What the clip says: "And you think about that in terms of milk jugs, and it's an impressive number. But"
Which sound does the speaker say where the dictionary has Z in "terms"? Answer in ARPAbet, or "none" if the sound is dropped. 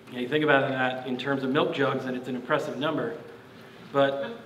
Z